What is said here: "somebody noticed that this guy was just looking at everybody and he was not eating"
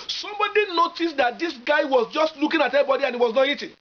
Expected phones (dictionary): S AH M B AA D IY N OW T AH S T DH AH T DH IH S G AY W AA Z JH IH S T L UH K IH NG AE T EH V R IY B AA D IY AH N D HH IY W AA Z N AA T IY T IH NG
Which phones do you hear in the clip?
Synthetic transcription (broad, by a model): S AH M B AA D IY N OW T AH S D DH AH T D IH S G AY W AA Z JH IH S T L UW K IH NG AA T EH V IY B AA D IY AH N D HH IY W AA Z N AA T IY T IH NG